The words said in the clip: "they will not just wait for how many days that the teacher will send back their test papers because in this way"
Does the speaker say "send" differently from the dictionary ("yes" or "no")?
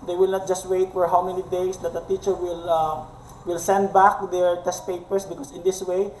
no